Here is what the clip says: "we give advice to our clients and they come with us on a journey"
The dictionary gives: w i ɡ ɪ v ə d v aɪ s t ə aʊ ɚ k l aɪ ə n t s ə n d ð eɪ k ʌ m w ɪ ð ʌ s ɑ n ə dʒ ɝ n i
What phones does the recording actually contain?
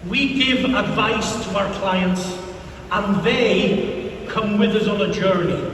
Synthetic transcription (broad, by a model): w i ɡ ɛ v ə d v aɪ s t ə aʊ ɚ k l aɪ ə n t s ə n ð eɪ k ʌ m w ɪ ð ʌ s n ə dʒ ɝ n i